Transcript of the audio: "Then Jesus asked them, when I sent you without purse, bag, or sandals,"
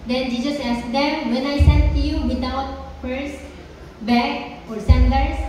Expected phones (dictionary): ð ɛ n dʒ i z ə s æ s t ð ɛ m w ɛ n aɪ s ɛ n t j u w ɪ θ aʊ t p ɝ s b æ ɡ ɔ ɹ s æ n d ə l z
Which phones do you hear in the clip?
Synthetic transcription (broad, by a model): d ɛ n dʒ i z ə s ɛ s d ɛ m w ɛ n aɪ s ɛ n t j u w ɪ t aʊ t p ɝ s b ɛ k ɔ ɹ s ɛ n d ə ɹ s